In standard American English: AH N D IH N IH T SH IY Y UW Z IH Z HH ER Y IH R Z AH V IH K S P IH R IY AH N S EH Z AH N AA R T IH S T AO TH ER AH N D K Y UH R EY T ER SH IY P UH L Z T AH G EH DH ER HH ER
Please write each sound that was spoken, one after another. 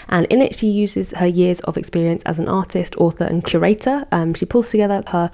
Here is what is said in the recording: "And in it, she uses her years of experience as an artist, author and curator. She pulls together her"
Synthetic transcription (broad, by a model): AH N IH N IH T SH IY Y UW Z IH Z HH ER Y IH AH Z AH V IH K S P IH R IY AH N S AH Z AH N AA T IH S T AO TH ER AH N K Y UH R EY T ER SH IY P UH L Z T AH G EH DH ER HH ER